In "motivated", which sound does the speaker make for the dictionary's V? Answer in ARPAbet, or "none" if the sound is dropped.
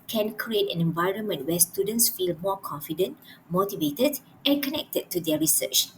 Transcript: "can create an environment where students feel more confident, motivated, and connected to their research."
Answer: V